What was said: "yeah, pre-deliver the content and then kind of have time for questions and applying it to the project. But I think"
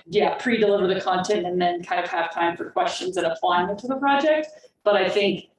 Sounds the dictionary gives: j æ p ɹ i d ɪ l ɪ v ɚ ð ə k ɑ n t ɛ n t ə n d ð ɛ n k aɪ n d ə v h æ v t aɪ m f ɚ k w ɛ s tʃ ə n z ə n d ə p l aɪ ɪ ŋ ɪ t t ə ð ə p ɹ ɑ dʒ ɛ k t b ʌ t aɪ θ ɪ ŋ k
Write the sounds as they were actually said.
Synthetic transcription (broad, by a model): j æ p ɹ i d ɪ l ɪ v ɚ ð ə k ɑ n t ɛ n t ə n ð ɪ n k aɪ n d ə v h æ v t aɪ m f ɚ k w ɛ s tʃ ə n z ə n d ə p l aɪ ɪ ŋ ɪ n t ə ð ə p ɹ ɑ dʒ ɛ k t b ʌ t aɪ θ ɪ ŋ k